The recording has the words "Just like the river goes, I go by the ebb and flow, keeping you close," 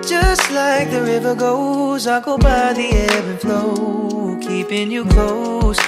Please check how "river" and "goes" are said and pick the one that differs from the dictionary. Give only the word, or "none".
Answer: none